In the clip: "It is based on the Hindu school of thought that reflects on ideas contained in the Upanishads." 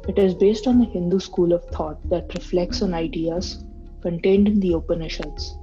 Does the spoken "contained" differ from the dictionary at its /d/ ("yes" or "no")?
no